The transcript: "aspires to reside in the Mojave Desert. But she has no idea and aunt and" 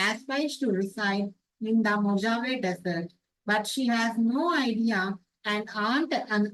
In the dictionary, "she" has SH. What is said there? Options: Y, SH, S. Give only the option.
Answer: SH